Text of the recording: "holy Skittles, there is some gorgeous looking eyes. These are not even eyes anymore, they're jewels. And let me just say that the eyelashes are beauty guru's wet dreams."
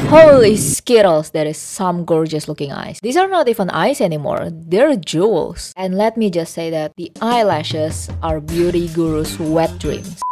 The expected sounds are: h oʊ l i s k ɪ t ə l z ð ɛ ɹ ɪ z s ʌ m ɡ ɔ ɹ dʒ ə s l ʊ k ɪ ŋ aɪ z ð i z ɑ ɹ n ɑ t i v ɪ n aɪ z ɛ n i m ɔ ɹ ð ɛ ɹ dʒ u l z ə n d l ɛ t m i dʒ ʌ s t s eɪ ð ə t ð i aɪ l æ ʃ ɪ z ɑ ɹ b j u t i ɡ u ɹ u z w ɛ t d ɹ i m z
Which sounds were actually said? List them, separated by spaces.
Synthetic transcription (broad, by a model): h oʊ l i s k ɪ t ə l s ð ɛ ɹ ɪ s ʌ m ɡ ɔ ɹ dʒ ə s l ʊ k ɪ ŋ aɪ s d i s ɑ ɹ n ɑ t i f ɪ n aɪ s ɛ n i m ɔ ɹ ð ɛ ɹ dʒ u l s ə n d l ɛ t m i dʒ ʌ s t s eɪ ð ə t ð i aɪ l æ ʃ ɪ s ɑ ɹ b j u t i ɡ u ɹ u s w ɛ t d ɹ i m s